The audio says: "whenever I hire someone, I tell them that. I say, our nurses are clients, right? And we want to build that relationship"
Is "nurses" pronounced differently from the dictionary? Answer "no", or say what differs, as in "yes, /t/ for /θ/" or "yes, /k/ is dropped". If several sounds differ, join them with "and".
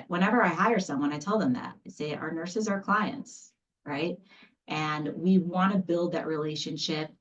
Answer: no